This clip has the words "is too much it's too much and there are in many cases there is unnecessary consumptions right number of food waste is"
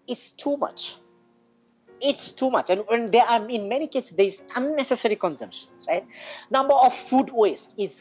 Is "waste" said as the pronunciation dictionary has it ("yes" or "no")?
yes